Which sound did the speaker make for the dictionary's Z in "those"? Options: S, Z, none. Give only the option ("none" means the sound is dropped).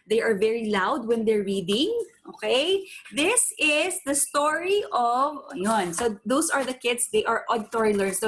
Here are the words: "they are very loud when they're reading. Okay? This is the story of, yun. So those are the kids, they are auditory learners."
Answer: S